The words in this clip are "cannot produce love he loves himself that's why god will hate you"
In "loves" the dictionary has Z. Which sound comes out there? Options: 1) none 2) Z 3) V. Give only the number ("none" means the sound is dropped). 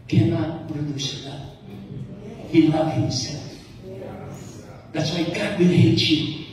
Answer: 1